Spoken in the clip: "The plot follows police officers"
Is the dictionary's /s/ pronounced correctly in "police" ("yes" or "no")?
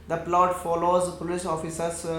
no